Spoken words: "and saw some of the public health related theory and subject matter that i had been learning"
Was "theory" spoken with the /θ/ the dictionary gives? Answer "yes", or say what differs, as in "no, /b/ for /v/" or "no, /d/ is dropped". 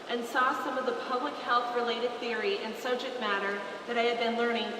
yes